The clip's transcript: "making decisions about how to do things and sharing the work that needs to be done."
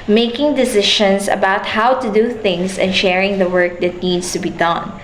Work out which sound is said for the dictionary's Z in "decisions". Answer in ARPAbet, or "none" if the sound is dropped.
S